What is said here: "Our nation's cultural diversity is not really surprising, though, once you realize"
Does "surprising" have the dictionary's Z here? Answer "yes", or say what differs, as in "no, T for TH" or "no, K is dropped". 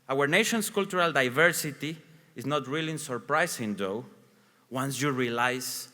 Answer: no, S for Z